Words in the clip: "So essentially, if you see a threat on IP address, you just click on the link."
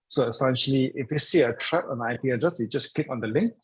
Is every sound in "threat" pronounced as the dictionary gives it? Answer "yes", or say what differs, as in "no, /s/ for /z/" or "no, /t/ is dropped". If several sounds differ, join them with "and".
no, /t/ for /θ/